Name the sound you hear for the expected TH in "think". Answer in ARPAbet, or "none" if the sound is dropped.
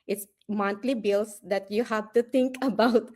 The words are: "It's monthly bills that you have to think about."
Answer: T